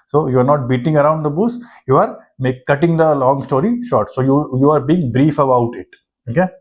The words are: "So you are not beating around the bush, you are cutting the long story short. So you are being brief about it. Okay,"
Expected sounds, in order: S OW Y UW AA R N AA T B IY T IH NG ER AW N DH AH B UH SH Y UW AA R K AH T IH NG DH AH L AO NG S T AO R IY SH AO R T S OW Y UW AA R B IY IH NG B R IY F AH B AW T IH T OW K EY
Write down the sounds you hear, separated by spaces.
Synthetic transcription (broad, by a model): S OW Y UW AA R N AA T B IY T IH NG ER AW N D AH B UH S Y UW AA R K AH T IH NG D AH L AO NG S T AO R IY SH AO R T S OW Y UW AA R B IY IH NG B R IY F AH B AW T IH T OW K EY